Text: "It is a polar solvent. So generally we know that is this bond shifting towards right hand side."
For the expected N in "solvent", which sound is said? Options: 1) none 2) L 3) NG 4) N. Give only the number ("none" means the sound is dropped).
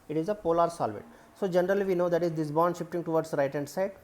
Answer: 1